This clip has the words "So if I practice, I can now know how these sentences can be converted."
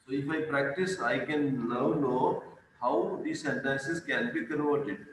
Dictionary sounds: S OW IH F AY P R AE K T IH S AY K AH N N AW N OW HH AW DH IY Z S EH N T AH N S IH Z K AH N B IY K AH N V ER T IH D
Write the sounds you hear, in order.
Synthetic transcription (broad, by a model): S OW IH F AY P R AE K T IH S AY K AH N L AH N OW HH AW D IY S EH N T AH N S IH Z K AH N B IY K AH N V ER T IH D